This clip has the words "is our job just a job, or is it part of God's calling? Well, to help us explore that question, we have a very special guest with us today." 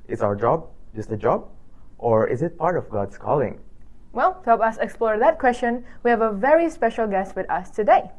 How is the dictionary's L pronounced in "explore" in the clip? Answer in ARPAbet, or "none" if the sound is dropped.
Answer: L